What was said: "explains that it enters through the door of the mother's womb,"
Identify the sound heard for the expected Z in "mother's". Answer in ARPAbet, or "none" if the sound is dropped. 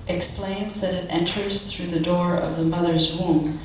Z